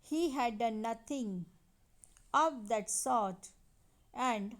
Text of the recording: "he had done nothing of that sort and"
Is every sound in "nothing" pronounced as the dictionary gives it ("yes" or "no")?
no